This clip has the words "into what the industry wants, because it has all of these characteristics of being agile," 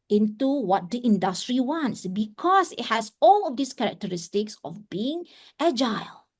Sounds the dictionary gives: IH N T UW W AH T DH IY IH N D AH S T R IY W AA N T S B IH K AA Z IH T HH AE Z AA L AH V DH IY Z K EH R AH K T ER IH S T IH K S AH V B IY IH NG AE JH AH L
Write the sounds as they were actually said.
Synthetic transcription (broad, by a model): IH N T UW W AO T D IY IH N D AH S T R IY W AA N T S B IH K AA S IH T HH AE S AA L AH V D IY S K EH R AH K T ER IH S T IH K S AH F B IY IH NG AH JH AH L